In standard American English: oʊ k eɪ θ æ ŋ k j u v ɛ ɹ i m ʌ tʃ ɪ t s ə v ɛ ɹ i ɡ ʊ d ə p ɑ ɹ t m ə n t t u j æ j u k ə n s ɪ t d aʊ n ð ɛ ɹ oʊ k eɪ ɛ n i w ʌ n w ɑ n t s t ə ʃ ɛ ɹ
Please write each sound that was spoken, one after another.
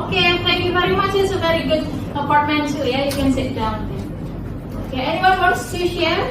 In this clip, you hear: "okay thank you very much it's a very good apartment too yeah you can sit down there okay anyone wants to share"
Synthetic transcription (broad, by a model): k eɪ t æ ŋ k j u v ɛ ɹ i m ʌ tʃ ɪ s ə v ɛ ɹ i ɡ ʊ d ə p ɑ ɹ t m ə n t s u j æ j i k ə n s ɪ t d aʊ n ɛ oʊ k eɪ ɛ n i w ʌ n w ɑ t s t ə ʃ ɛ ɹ